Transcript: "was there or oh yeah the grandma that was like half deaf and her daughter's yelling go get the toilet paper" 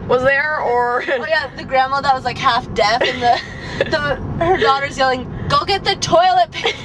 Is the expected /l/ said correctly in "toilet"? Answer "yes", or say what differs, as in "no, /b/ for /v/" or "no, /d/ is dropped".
yes